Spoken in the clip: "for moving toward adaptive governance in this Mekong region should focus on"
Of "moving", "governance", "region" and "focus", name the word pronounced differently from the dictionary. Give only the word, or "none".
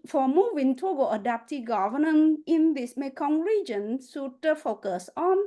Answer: governance